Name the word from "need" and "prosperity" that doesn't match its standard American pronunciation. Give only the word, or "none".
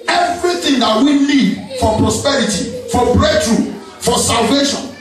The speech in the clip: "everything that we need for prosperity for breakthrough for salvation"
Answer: need